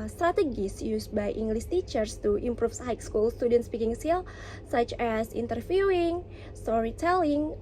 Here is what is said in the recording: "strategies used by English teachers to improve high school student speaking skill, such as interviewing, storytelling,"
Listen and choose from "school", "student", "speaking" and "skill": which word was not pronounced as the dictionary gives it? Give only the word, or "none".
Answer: skill